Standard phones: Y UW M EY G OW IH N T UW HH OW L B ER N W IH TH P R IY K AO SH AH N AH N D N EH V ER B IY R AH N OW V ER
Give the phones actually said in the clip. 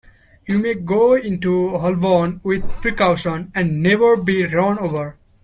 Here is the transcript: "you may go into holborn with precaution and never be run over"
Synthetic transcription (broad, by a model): Y UW M EY G OW IH N T UW HH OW L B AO N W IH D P R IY K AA S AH N AH N D N EH V ER B IY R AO N OW V ER